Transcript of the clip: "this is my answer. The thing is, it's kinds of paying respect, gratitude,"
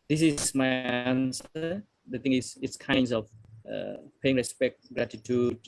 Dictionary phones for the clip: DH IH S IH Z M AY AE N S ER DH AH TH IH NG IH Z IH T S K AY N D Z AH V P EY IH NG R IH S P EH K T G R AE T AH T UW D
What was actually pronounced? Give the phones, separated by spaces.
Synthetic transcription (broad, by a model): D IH S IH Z M AY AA N S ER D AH T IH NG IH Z IH T S K AY N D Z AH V P EY IH NG R IH S P EH K T G R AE T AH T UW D